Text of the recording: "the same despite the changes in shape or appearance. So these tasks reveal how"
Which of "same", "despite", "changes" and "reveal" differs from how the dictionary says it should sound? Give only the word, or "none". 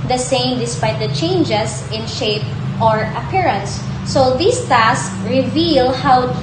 changes